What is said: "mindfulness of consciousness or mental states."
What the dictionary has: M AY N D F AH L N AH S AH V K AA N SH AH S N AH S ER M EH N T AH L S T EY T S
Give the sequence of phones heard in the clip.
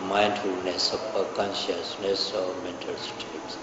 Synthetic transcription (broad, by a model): M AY N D F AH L N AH S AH P K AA N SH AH S N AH S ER M EH N T AH L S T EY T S